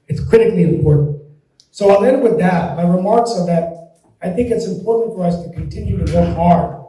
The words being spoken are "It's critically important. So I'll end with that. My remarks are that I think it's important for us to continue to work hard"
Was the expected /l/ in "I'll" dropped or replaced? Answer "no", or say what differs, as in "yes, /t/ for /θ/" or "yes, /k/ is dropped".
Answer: yes, /n/ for /l/